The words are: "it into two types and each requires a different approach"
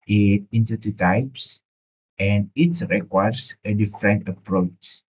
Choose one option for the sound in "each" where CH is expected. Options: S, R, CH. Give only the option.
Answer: S